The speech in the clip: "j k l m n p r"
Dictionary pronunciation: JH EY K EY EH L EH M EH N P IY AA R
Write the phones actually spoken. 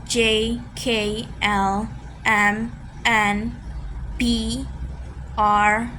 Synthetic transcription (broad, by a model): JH EY K EY EH L EH M EH N B IY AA R